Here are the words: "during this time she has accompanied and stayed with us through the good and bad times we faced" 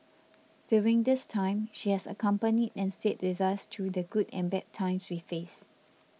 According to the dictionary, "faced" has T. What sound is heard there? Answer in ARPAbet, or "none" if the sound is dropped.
none